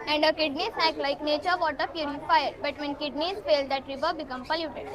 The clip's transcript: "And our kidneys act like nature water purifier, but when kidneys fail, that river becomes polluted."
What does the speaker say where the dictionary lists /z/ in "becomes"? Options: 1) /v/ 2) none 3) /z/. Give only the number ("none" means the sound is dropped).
2